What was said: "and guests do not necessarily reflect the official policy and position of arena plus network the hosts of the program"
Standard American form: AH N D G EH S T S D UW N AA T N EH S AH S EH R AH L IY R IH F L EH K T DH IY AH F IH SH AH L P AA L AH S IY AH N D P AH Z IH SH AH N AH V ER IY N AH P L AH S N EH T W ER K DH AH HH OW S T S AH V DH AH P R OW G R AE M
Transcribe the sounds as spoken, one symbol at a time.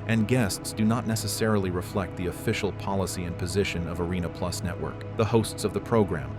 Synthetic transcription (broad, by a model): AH N G EH S T S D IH N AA T N EH S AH S EH R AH L IY R IH F L EH K T DH IY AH F IH SH L P AA L AH S IY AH N P AH Z IH SH AH N AH V ER IY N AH P L AH S N EH T W ER K DH AH HH OW S T S AH V DH AH P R OW G R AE M